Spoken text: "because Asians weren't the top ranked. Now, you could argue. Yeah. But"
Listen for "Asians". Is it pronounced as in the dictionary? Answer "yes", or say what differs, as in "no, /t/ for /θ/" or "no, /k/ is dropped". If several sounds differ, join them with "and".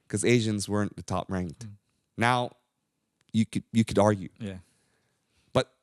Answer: yes